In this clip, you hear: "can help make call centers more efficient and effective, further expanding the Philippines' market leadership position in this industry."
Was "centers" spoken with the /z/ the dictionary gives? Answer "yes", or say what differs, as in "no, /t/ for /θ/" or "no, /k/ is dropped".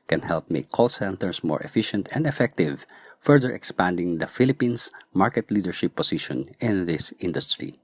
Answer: no, /s/ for /z/